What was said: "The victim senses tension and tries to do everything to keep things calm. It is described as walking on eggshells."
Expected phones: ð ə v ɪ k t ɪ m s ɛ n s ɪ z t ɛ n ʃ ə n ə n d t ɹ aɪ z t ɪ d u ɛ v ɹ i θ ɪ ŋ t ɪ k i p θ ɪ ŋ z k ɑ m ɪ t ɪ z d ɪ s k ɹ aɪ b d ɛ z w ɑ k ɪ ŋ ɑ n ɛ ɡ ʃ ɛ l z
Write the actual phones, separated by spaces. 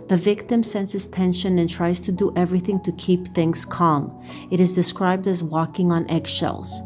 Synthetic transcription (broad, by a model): ð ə v ɪ k t ɪ m s ɛ n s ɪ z t ɛ n ʃ ə n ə n t ɹ aɪ z t ɪ d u ɛ v ɹ i θ ɪ ŋ t ɪ k i p θ ɪ ŋ z k ɑ m ɪ t ɪ z d ɪ s k ɹ aɪ b d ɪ z w ɑ k ɪ ŋ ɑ n ɛ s ʃ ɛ l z